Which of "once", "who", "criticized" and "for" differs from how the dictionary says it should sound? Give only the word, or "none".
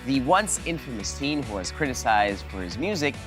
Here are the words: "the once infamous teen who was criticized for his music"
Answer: none